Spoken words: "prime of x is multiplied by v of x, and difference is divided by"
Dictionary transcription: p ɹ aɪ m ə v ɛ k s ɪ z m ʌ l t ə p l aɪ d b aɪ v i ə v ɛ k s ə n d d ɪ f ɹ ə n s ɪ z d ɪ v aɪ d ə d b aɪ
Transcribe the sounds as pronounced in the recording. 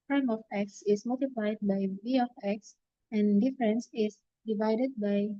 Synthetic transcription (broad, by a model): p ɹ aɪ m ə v ɛ k s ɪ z m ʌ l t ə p l aɪ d b aɪ b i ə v ɛ k s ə n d d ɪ f ɹ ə n s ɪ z d ɪ v aɪ d ə d b aɪ